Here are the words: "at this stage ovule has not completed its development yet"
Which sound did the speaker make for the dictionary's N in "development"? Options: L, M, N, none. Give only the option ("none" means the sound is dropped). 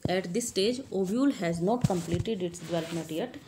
none